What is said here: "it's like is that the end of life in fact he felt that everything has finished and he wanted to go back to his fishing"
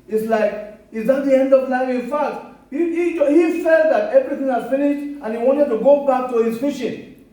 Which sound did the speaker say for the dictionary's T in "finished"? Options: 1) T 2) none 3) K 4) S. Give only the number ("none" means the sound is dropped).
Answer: 1